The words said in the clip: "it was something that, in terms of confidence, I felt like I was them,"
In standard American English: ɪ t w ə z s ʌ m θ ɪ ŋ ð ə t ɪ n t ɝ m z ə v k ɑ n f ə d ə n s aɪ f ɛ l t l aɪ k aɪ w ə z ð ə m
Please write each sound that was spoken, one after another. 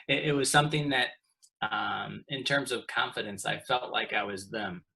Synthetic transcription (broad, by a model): ɪ t w ə z s ʌ m θ ɪ ŋ ð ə t ɪ n t ɝ m z ə v k ɑ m f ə d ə n s aɪ f ɛ l t l aɪ k aɪ w ə z ð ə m